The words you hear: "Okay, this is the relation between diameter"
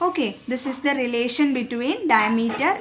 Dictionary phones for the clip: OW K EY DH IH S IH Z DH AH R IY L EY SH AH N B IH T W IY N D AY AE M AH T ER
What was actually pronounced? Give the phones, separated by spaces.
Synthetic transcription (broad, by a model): OW K EY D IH S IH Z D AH R IY L EY SH AH N B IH T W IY N D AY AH M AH T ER